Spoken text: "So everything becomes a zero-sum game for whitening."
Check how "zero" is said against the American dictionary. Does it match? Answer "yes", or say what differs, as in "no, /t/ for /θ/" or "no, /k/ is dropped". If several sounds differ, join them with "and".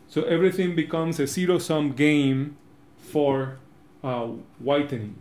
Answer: no, /s/ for /z/